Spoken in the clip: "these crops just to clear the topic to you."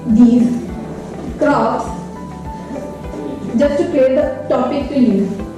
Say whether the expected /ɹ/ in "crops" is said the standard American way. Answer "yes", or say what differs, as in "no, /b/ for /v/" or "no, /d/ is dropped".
no, /ɹ/ is dropped